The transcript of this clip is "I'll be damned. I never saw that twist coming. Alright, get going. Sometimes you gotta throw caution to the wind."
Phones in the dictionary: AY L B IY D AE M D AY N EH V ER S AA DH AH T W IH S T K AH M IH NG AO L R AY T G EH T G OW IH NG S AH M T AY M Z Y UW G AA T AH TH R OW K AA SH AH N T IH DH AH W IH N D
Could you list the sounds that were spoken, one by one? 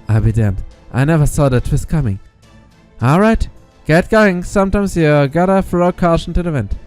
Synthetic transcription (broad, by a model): AY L B IY D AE M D AY N EH V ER S AA DH AH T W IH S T K AH M IH NG AO L R AY T G EH T G OW IH NG S AH M T AY M Z Y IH G AA T AH F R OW K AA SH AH N T IH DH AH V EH N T